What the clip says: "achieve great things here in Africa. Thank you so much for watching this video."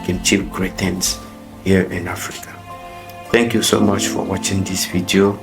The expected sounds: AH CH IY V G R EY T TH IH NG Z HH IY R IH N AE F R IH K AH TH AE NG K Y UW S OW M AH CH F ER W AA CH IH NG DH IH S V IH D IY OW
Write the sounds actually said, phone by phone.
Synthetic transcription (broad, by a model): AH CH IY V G R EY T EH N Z HH IY R IH N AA F R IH K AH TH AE NG K Y UW S OW M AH CH F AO W AA CH IH NG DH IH S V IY D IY OW